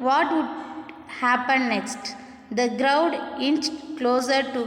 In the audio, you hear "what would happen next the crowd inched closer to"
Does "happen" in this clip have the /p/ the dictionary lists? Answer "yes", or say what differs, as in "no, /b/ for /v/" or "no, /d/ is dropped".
yes